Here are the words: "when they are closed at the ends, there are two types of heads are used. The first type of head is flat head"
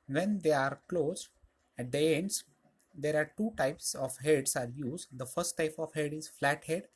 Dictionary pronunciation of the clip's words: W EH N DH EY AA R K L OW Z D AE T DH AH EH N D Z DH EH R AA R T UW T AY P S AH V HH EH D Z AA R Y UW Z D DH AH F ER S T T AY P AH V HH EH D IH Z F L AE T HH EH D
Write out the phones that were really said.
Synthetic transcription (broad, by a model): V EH N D EY AA R K L OW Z AE T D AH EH N D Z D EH R AA R T UW T AY P S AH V HH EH D S AA R Y UW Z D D AH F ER S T T AY P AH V HH EH D IH Z F L AE T HH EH D